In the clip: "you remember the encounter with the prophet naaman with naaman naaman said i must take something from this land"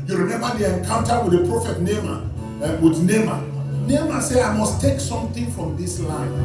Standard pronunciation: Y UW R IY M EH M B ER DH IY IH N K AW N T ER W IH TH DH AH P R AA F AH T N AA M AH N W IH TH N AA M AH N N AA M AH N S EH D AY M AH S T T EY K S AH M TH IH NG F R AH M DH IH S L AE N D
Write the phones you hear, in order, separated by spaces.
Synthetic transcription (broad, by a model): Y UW R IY M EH M B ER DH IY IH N K AW N T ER W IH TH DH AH P R AA F AH T N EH M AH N W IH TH N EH M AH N N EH M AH S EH AY M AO S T T EY K S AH M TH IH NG F R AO M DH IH S L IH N